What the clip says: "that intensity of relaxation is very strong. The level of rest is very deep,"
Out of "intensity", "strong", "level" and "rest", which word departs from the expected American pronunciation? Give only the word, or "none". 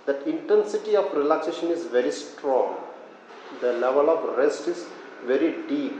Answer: none